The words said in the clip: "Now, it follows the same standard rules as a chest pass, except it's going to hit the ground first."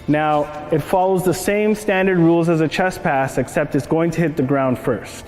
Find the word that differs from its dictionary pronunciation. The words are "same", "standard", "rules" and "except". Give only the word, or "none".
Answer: none